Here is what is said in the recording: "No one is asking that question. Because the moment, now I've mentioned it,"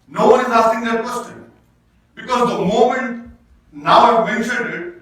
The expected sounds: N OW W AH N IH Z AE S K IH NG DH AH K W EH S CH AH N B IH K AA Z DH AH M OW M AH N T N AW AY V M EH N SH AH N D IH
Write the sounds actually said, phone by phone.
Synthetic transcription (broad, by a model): N OW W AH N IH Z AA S IH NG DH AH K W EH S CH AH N B IH K AA Z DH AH M OW M AH N T N AW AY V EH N AH D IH